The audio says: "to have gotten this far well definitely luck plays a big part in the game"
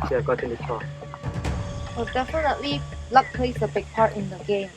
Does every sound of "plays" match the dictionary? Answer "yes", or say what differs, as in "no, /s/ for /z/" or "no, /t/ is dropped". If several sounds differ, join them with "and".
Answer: no, /s/ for /z/